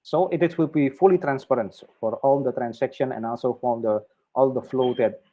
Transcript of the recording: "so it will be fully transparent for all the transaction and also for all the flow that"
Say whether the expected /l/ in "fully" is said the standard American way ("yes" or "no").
yes